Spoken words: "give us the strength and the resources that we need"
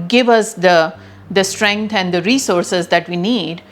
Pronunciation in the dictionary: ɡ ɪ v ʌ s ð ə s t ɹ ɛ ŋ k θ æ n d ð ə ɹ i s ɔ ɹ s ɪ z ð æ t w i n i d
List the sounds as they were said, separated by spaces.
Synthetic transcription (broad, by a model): ɡ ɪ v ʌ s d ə s t ɹ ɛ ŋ k t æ n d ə ɹ i s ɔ ɹ s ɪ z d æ t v i n i d